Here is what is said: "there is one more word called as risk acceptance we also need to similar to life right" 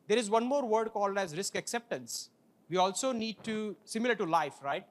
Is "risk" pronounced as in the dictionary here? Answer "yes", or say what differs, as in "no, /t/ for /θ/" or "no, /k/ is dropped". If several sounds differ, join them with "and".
yes